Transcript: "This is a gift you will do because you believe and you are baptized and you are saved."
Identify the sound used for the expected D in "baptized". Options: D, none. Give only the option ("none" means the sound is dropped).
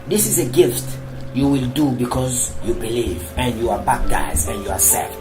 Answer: none